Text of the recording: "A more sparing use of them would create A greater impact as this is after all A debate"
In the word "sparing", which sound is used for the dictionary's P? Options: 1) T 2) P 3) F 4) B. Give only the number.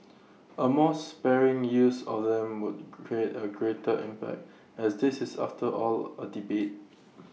2